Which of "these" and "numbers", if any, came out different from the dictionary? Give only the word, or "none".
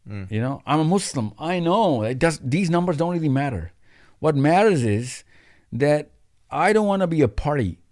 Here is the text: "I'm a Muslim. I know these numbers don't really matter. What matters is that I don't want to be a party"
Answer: none